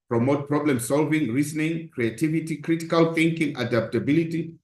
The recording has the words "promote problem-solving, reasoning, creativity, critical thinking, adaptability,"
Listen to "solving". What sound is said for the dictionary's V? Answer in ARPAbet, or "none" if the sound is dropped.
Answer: V